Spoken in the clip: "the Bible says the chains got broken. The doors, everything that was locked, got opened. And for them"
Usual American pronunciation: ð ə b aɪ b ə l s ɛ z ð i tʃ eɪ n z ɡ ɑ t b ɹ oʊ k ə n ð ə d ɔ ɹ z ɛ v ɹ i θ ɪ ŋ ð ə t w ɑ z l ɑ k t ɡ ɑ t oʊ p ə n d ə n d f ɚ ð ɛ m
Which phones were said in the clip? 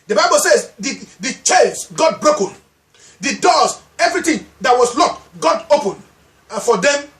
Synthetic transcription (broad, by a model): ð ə b aɪ b ə l s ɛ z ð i tʃ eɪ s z ɡ ɑ t b ɹ oʊ k ə n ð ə d ɔ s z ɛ v ɹ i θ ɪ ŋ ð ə t w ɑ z l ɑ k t ɡ ɑ t oʊ p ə n ə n f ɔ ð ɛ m